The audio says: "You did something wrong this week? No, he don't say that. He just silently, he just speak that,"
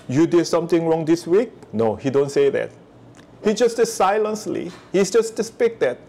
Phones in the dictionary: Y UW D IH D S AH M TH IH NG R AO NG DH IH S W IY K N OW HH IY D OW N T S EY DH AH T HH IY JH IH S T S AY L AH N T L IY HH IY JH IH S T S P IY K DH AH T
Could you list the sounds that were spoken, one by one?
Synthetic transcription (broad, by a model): Y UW D IH D S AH M T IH NG R AO NG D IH S W IY K N OW HH IY D OW N T S EY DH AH T HH IY JH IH S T S AY L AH N S L IY HH IY JH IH S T S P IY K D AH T